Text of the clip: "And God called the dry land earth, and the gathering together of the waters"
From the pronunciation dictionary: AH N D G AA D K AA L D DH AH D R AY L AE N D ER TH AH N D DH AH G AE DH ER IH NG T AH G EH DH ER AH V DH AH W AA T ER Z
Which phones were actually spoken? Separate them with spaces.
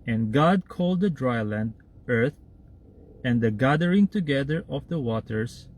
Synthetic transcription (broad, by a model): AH N G AA D K AA L D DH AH D R AY L AE N D ER TH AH N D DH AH G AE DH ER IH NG T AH G EH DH ER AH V DH AH W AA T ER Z